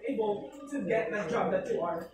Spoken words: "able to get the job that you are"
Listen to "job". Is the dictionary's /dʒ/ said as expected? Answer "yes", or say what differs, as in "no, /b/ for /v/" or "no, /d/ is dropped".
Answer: yes